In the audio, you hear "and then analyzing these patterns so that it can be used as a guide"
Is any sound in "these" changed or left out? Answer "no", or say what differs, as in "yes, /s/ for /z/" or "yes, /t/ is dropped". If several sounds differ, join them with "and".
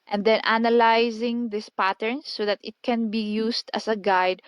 yes, /s/ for /z/